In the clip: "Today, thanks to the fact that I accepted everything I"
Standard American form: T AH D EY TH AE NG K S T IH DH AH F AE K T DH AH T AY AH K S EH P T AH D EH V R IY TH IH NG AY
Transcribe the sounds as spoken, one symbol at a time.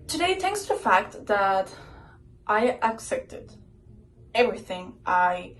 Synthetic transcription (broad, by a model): T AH D EY TH AE NG K S T IH DH AH F AE K T DH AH T AY AH K S EH P T AH D EH V R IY TH IH NG AY